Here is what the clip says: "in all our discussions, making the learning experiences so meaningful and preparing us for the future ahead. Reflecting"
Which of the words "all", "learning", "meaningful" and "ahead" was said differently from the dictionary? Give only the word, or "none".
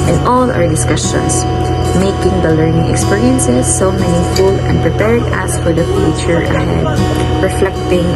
meaningful